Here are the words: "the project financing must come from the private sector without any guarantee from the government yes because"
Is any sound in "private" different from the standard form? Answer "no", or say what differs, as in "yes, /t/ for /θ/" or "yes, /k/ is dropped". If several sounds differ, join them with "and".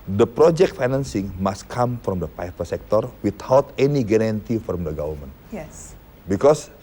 yes, /ɹ/ is dropped and /f/ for /v/